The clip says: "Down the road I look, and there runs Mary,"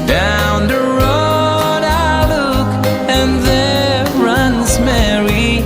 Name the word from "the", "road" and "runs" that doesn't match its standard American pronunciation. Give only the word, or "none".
none